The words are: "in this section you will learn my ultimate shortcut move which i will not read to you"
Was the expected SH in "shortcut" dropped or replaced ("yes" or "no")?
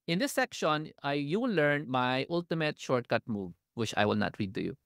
no